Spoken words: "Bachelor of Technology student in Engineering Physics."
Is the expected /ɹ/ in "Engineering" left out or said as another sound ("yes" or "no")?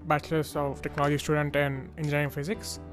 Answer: yes